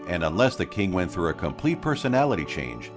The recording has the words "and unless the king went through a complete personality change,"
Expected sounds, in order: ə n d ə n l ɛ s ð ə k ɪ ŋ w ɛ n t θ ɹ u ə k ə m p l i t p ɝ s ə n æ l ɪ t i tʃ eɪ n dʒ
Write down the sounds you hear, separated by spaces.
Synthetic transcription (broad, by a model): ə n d ə n l ɛ s ð ə k ɪ ŋ w ɛ n t θ ɹ u ə k ə m p l i t p ɝ s ə n æ l ɪ t i tʃ eɪ n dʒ